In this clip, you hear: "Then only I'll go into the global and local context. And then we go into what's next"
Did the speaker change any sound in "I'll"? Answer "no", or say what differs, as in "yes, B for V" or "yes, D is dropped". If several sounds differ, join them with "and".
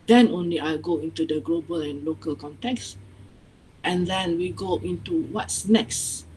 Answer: no